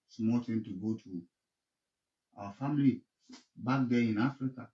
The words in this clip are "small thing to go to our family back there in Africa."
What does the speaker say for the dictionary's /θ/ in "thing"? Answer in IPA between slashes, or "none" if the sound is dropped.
/t/